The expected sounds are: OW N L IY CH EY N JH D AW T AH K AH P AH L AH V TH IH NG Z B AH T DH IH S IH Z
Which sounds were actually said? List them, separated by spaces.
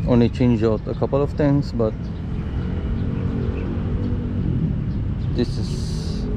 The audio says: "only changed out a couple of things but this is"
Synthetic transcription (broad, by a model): OW N L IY CH EY N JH AW T AH K AH P AH L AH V T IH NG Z B AH T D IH S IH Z